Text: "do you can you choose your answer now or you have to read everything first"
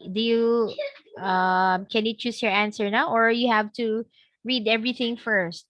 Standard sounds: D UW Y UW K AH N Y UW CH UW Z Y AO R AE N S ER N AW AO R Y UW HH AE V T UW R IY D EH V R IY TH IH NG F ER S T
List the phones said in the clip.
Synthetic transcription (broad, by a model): D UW Y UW K AH N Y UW CH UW S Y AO R AE N S ER N AW AO R Y UW HH AE V T UW R IY D EH V R IY TH IH NG F ER S T